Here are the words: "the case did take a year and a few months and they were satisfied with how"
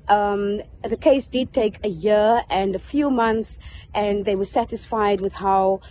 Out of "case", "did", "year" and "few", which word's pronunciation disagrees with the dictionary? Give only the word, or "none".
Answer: none